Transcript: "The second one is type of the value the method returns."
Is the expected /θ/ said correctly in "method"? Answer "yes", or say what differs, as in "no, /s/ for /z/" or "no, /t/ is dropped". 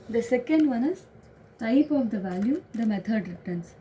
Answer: no, /t/ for /θ/